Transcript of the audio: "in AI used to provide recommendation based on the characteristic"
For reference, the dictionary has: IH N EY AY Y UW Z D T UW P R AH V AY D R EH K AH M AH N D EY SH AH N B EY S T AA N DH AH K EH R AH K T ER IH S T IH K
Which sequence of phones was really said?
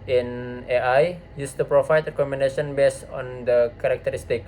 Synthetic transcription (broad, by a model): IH N EY AY Y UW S T UW P R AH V AY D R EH K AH M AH N D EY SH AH N B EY S AA N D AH K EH R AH K T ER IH S T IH K